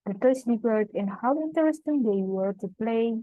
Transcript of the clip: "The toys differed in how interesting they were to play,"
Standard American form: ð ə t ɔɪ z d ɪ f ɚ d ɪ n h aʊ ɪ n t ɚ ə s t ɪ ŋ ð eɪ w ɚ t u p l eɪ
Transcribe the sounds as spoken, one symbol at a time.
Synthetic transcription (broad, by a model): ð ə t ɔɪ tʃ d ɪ p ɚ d ɪ n h aʊ ɪ n t ɚ ə s t ɪ ŋ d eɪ w ɚ t u p l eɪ